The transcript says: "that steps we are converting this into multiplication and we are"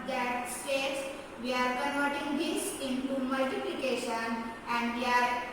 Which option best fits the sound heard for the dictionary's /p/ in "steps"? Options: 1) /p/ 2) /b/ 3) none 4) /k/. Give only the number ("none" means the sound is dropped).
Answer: 3